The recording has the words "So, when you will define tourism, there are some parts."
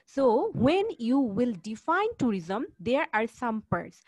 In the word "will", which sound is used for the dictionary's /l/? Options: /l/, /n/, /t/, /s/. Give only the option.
/l/